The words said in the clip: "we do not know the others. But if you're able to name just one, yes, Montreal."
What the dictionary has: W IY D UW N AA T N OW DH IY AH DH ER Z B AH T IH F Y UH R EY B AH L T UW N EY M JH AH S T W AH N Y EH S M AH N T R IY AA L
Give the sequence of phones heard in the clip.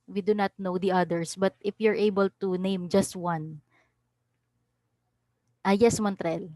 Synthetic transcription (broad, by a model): W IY D UW N AA T N OW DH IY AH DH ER S B AH T IH F Y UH R EY B AH L T UW N EY M JH AH S T W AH N Y EH S M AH N T R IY L